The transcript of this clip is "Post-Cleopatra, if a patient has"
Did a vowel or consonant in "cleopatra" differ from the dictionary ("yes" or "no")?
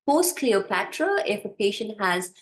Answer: no